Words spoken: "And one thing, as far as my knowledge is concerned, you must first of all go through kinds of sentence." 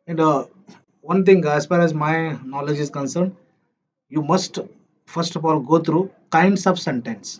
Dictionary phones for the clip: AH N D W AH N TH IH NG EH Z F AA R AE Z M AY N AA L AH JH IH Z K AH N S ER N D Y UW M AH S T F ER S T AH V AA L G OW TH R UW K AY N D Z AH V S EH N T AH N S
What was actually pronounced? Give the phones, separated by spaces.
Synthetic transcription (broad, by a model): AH N D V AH N T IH NG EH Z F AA R AE Z M AY N AA L AH JH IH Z K AH N S ER N D Y UW M AH S T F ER S T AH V AA L G OW T R UW K AY N D S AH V S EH N T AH N S